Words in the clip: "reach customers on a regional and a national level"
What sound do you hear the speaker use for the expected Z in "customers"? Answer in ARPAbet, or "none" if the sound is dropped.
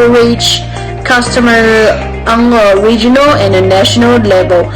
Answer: none